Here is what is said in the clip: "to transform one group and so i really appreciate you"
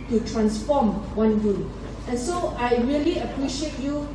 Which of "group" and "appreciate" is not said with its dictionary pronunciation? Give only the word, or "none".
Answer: group